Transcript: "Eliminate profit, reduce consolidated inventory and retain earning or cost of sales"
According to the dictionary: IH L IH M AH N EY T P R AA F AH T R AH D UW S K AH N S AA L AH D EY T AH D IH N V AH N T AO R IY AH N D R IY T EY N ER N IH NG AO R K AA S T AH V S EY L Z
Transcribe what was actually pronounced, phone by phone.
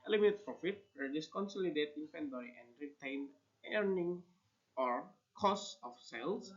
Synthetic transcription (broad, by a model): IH L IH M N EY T P R AA F AH T W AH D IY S K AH N S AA L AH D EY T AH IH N F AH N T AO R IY AH N D R IY T EY N ER N IH NG AO R K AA S AH F S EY L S